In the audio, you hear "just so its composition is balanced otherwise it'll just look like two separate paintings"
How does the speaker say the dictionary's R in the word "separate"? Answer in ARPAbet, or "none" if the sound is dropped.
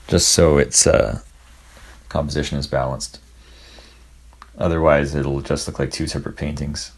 R